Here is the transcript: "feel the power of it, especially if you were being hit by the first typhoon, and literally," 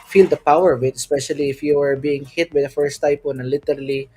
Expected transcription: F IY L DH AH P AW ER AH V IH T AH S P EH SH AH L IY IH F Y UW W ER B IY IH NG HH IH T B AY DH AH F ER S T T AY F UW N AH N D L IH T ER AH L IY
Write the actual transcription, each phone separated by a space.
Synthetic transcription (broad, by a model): F IY L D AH P AW ER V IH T AH S P EH SH AH L IY IH F Y UW W ER B IY IH NG HH IH T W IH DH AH F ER S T T AY P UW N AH L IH T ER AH L IY